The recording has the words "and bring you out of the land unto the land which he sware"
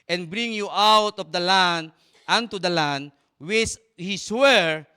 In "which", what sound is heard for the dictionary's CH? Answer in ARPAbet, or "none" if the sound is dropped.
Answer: S